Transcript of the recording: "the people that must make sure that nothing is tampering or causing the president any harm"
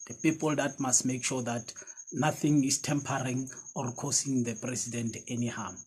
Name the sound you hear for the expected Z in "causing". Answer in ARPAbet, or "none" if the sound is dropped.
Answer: S